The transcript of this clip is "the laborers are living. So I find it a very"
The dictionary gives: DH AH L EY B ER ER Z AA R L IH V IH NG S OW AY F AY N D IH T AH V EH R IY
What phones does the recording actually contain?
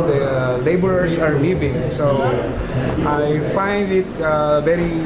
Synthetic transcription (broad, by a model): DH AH L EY B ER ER S AA R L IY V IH NG S OW AY F AY N D IH T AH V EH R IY